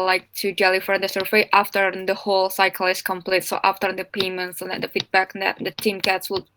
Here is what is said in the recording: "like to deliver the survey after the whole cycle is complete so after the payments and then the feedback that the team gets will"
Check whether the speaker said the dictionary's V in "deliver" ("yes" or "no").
no